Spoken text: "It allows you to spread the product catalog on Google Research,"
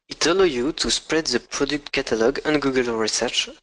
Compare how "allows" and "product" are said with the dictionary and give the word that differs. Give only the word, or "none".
allows